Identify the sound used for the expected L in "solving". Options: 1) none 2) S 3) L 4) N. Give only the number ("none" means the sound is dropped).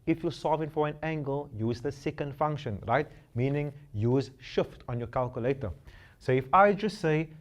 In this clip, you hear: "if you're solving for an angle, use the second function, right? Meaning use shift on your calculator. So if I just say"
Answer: 1